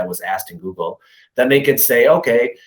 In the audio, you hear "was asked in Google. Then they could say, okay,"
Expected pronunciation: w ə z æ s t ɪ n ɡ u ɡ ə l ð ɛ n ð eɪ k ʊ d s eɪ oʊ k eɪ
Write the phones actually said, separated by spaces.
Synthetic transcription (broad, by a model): w ə z æ s t ɪ n ɡ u ɡ l ð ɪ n ð eɪ k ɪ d s eɪ oʊ k eɪ